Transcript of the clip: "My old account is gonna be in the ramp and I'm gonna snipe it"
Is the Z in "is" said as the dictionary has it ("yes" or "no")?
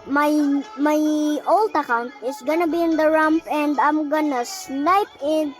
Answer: no